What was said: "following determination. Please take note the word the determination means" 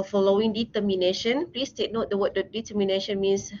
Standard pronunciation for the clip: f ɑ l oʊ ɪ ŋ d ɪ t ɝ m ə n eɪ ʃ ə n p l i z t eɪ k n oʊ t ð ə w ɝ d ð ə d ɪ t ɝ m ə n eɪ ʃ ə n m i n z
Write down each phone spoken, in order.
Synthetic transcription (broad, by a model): f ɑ l oʊ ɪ ŋ d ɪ t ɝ m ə n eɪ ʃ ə n p l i s t eɪ k n oʊ t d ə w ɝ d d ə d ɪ t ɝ m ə n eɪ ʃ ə n m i n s